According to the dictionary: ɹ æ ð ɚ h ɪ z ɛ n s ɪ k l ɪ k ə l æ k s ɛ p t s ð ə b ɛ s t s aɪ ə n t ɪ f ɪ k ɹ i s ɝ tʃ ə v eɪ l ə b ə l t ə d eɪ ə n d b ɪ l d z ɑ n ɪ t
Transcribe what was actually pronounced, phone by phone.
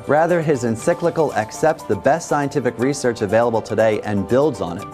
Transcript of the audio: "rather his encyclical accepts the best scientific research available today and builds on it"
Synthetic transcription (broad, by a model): ɹ æ ð ɚ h ɪ z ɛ n s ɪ k l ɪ k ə l æ k s ɛ p t s ð ə b ɛ s t s aɪ ə n t ɪ f ɪ k ɹ i s ɝ tʃ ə v eɪ l ə b l t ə d eɪ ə n b ɪ l d z n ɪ t